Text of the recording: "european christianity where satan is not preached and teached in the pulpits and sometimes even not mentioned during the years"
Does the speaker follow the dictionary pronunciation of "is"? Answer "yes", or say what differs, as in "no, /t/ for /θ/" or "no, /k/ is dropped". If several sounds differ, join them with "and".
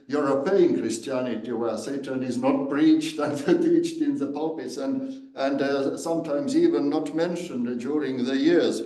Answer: yes